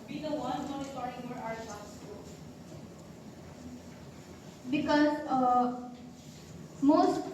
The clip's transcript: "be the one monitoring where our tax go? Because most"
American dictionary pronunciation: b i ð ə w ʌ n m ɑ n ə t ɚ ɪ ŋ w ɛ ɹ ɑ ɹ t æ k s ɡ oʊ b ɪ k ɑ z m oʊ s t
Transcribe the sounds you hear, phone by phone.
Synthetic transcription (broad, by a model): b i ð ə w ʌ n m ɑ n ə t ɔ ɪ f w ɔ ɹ ɑ ɹ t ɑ s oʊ b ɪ k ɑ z m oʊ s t